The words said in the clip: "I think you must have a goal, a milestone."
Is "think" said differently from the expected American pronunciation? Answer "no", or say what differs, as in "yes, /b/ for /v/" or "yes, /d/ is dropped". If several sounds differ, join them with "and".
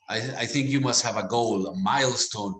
no